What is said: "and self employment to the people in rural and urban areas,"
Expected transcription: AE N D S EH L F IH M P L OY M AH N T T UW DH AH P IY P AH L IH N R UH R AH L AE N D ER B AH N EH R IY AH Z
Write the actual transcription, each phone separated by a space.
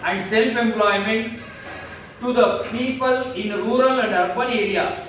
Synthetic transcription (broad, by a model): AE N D S EH L F IH M P L OY M AH N T T UW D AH P IY P AH L IH N R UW R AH L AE N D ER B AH L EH R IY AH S